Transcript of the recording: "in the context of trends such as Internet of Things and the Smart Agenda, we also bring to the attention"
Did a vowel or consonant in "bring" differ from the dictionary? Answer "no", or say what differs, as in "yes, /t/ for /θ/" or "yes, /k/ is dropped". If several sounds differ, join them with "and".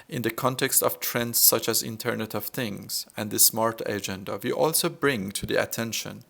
no